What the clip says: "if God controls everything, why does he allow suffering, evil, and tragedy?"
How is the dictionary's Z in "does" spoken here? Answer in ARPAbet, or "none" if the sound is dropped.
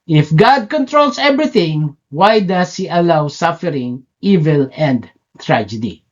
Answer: S